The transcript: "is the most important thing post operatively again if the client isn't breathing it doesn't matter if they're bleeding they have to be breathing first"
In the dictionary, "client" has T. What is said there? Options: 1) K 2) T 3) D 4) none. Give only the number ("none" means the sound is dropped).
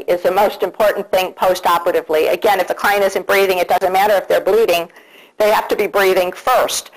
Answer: 4